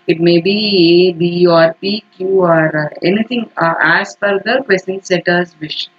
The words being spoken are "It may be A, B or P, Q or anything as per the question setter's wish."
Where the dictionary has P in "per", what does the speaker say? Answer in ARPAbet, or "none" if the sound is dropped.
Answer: F